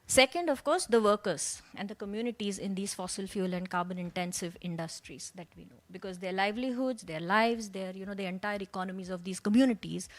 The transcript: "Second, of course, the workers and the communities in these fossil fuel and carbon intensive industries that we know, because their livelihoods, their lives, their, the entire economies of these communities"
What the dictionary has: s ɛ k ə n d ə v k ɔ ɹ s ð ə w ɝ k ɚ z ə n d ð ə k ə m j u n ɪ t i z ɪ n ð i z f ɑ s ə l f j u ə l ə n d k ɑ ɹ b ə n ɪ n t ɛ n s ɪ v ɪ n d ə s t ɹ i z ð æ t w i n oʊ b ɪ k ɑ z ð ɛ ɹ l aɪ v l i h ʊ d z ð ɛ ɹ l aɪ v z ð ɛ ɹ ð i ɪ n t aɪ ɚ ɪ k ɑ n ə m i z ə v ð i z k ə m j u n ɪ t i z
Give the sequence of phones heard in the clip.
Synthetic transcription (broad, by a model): s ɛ k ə n d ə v k ɔ ɹ s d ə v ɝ k ɚ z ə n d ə k ə m j u n ɪ t i z ɪ n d i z f ɑ s ə l f j u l ə n d k ɑ ɹ b ə n ɪ n t ɛ n s ɪ v ɪ n d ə s t ɹ i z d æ t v i n oʊ b ɪ k ɑ z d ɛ ɹ l aɪ v l i h ʊ d z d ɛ ɹ l aɪ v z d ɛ ɹ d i ɪ n t aɪ ɚ ɪ k ɑ n ə m i z ə v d i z k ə m j u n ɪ t i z